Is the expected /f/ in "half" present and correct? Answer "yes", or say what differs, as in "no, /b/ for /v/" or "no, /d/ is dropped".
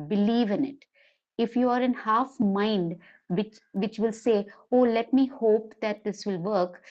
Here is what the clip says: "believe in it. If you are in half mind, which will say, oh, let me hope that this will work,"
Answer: yes